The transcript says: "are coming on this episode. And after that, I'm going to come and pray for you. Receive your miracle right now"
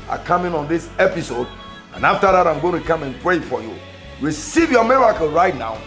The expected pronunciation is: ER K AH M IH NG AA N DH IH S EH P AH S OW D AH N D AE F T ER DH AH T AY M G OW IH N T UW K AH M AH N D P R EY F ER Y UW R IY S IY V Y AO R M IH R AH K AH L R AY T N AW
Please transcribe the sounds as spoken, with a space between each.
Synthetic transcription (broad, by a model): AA K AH M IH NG AA N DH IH S EH P AH S OW D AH N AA F T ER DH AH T AY M G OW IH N T UW K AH M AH N P R EY F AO Y UW W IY S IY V Y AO M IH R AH K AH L R AY T N AW